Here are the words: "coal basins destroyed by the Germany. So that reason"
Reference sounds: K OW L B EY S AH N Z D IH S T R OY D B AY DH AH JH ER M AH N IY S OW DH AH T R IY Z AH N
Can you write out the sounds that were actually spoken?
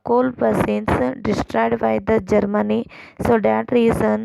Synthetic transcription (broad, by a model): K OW L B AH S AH N S D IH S T R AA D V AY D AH JH ER M AH N IY S OW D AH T R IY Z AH N